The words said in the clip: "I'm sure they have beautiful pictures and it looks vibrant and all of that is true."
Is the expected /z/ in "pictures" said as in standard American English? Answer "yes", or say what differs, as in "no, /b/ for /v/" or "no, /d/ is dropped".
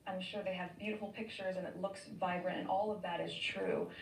yes